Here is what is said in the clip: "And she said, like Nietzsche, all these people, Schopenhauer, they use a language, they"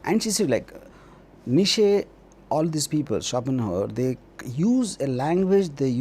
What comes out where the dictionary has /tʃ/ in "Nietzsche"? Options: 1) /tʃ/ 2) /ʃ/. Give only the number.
2